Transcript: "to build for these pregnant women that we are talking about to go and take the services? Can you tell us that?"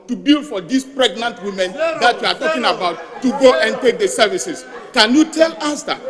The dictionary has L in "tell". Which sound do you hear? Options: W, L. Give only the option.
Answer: L